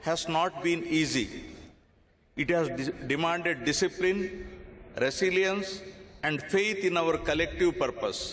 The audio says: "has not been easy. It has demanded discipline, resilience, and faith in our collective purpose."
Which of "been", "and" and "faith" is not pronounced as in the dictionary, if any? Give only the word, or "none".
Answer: faith